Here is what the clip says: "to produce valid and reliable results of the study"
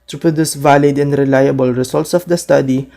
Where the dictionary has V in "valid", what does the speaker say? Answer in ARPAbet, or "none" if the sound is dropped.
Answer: V